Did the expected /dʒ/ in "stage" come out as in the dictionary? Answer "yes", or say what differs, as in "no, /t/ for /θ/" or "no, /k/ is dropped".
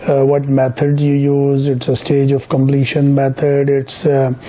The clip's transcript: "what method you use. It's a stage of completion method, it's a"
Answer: yes